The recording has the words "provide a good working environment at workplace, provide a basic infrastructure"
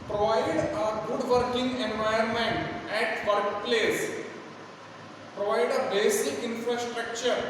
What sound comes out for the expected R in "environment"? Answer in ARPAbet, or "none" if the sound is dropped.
none